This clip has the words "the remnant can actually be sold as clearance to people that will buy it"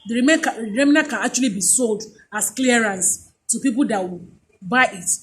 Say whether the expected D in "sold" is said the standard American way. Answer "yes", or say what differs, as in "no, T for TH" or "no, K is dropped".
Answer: yes